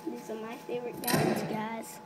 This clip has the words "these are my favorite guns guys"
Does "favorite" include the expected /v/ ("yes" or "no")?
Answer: yes